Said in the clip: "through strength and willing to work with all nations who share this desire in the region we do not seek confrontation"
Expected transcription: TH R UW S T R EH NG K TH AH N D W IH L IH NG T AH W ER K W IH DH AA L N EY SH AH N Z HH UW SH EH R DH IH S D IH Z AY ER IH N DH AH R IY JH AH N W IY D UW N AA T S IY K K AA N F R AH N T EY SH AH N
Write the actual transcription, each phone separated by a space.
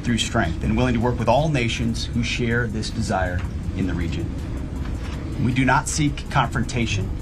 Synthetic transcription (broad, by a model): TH R UW S T R EH NG K TH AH N W IH L IH NG T AH W ER K W IH DH AA L N EY SH AH N Z HH UW SH EH R DH IH S D IH Z AY ER IH N DH AH R IY JH AH N W IY D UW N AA T S IY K K AA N F R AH N T EY SH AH N